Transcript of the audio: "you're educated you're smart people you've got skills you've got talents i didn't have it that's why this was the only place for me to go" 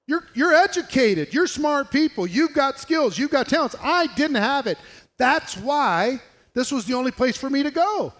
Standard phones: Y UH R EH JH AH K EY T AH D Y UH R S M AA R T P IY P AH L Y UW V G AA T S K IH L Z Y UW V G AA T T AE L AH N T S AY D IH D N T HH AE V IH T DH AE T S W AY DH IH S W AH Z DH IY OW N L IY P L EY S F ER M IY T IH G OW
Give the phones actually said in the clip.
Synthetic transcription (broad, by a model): Y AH R EH JH AH K EY T AH D Y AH R S M AA R T P IY P L Y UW V G AA T S K IH L Z Y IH V G AA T T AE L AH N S AY D IH D N T HH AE V IH T DH AE T S W AY DH IH S W AH Z DH IY OW N L IY P L EY S F ER M IY T IH G OW